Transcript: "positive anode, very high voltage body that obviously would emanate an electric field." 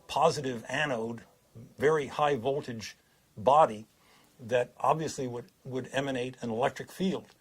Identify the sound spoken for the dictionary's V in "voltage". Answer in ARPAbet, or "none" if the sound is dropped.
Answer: V